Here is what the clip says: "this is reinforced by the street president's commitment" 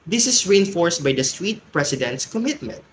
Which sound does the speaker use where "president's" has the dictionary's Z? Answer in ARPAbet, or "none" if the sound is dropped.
S